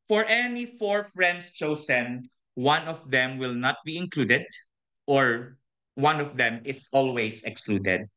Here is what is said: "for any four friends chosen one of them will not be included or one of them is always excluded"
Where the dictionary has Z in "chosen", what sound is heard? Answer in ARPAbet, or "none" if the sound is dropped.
S